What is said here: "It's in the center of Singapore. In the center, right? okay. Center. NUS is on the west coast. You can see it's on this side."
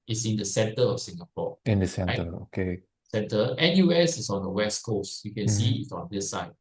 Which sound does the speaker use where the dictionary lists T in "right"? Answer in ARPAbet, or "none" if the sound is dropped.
none